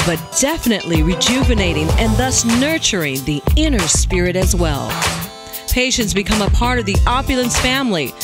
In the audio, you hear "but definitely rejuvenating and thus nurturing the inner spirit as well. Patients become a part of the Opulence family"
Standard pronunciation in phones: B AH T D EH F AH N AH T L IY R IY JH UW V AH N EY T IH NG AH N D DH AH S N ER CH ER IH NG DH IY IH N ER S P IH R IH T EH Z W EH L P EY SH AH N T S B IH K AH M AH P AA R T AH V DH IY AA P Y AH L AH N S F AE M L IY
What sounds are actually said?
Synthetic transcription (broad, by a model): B AH T D EH F AH N AH T L IY R IY JH UW V AH N EY T IH NG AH N DH AH S N ER CH ER IH NG DH IY IH N ER S P IH R IH T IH Z W EH L P EY SH AH N T S B IH K AH M AH P AA R T AH V DH IY AA P Y AH L AH N S F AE M L IY